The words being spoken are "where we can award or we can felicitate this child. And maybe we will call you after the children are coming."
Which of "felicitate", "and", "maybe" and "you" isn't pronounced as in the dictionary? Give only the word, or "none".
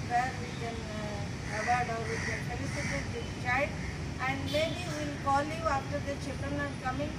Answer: felicitate